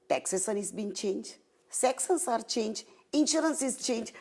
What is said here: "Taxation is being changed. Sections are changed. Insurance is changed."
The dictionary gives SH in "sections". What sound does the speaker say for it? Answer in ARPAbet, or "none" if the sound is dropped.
S